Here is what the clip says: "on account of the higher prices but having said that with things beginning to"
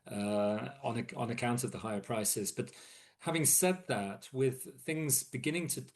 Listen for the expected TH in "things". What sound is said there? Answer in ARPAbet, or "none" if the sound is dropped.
TH